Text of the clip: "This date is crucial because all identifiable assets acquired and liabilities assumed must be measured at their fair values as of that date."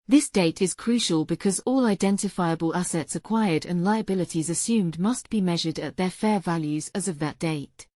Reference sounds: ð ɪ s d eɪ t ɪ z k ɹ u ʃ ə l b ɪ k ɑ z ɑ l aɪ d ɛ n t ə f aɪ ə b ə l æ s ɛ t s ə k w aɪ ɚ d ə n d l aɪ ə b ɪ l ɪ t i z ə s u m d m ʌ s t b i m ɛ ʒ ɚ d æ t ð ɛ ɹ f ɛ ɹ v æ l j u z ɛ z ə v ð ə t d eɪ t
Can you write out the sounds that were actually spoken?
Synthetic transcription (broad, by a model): ð ɪ s d eɪ t ɪ z k ɹ u ʃ ə l b ɪ k ɑ z ɑ l aɪ d ɛ n t ə f aɪ ə b ə l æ s ɛ t s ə k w aɪ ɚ d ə n l aɪ ə b ɪ l ɪ t i z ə s u m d m ʌ s t b i m ɛ ʒ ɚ d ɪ t ð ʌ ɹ f ɛ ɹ v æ l j u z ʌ z ə v ð ə t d eɪ t